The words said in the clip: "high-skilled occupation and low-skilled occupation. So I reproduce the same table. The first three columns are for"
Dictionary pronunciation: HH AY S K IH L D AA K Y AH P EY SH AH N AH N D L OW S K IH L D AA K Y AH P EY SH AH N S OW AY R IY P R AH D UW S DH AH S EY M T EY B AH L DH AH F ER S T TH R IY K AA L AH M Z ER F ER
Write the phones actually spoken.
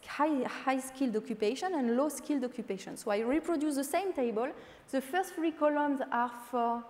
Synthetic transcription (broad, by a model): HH AY S K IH L D AA K Y AH P EY SH AH N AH N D L OW S K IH L D AA K Y AH P EY SH AH N S OW AY R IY P R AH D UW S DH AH S EY M T EY B AH L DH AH F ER S T F R IY K AA L AH M Z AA F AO